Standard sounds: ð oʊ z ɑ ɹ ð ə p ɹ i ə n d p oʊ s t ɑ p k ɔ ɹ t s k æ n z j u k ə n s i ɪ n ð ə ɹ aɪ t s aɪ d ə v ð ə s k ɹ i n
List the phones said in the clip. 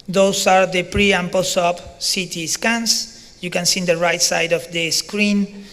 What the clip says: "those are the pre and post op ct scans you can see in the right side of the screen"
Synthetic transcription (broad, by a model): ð oʊ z ɑ ɹ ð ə p ɹ i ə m p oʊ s ɑ p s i t s k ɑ n s j u k ə n s i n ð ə ɹ aɪ t s aɪ d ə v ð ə s k ɹ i n